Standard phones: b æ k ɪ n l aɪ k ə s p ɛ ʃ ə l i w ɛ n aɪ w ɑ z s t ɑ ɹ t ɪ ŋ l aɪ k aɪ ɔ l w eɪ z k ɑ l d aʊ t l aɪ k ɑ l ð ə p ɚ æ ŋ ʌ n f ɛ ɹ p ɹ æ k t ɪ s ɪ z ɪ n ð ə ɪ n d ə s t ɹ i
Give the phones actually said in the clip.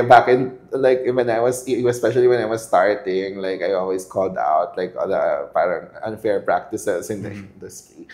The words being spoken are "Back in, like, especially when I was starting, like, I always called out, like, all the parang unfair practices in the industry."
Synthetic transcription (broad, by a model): b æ k ɪ n l aɪ k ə s p ɛ ʃ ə l i w ɛ n aɪ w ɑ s s t ɑ ɹ t ɪ ŋ l aɪ k aɪ ɔ l w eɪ s k ɑ l d aʊ t l aɪ k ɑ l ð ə p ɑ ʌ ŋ ʌ n f ɛ ɹ p ɹ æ k t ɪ s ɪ s ɪ n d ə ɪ n d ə s t ɹ i